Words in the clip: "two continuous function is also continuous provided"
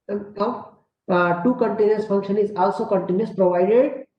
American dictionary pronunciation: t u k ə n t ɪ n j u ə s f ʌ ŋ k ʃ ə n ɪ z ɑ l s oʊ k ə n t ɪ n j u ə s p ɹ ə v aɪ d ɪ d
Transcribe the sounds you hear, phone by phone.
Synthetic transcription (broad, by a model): t u k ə n t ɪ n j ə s f ʌ ŋ k ʃ ə n ɪ z ɑ l s oʊ k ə n t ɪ n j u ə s p ɹ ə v aɪ d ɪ d